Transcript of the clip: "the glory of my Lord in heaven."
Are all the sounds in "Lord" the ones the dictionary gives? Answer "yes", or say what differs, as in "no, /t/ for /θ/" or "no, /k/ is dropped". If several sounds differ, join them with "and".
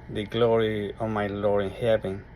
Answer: no, /d/ is dropped